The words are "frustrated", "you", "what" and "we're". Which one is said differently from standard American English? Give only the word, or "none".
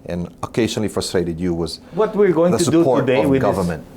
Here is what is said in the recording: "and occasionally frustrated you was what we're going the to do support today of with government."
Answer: none